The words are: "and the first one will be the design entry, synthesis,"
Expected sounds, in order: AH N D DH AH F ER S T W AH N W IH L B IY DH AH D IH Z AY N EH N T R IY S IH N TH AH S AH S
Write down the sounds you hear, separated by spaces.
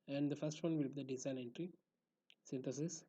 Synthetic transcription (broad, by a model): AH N D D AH F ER S T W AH N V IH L B IY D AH D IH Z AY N EH N T R IY S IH N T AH S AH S